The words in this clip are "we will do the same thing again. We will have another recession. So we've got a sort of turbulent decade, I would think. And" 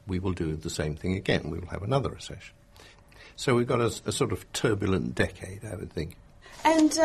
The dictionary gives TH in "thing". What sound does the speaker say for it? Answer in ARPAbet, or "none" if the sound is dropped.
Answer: TH